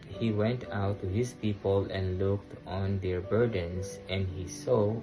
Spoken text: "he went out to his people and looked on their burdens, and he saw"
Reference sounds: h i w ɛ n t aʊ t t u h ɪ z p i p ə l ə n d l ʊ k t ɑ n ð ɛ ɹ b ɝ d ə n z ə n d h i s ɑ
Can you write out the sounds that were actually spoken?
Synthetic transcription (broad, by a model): h i w ɛ n t aʊ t t u h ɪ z p i p ə l ə n d l ʊ k t ɑ n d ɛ ɹ b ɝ d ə n s ə n d h i s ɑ